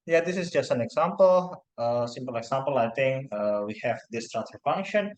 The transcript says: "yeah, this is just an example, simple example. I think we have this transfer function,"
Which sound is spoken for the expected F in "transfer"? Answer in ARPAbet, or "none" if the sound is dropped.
none